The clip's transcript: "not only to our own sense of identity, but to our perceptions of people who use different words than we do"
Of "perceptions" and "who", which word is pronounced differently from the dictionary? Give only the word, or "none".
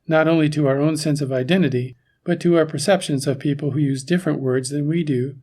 none